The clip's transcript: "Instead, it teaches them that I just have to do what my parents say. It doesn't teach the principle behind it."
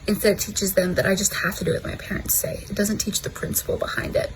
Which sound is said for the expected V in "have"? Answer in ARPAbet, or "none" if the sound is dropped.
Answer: F